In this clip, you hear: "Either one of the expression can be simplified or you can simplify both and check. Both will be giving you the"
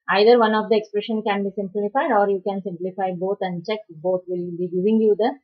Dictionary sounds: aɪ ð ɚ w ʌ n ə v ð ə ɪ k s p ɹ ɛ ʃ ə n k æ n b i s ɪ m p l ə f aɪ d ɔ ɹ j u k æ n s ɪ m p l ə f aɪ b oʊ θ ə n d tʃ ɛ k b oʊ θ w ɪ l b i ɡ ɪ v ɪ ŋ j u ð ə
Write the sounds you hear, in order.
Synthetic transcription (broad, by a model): aɪ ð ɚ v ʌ n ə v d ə ɪ k s p ɹ ɛ ʃ ə n k æ n b i s ɪ m p l ə f aɪ d ɔ ɹ j u k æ n s ɪ m p l ə f aɪ b oʊ t ə n d tʃ ɛ k b oʊ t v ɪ l b i ɡ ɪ v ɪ ŋ j u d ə